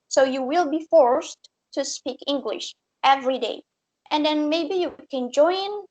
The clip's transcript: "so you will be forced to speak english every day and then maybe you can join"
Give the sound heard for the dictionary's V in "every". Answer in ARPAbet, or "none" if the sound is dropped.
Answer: V